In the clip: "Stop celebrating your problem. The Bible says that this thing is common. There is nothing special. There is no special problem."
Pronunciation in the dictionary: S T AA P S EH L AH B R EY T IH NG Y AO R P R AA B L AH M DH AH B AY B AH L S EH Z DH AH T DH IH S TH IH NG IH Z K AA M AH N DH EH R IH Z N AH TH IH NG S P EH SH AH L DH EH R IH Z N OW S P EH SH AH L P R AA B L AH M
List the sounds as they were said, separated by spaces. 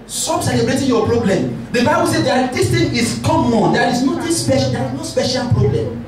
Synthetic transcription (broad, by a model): S T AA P S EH L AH B R EY T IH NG Y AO P R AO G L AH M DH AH B AY B AH L S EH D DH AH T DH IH S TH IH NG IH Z K AA M AH N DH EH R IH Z N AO T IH S P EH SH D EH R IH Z N OW S P EH SH AH L P R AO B L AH M